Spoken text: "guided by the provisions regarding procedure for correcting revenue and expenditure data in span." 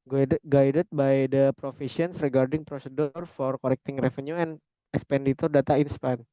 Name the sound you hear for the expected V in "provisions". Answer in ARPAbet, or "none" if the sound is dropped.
F